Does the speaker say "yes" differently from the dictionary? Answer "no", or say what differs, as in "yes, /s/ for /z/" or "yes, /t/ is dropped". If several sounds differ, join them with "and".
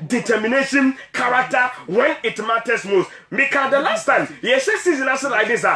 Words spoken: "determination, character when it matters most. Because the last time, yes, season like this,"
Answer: yes, /ʃ/ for /s/